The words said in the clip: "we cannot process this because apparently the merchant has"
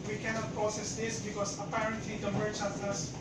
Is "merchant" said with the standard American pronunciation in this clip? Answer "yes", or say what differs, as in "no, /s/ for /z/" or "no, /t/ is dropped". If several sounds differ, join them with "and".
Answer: no, /n/ is dropped